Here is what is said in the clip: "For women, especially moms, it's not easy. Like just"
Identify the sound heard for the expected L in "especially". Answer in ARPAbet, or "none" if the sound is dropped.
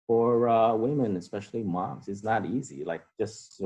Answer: L